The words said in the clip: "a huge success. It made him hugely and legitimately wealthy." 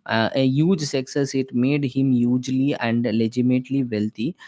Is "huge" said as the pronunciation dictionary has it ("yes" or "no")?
yes